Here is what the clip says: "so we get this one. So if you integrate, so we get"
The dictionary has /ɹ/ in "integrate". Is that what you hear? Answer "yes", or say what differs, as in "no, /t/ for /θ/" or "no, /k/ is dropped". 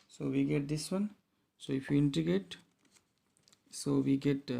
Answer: no, /ɹ/ is dropped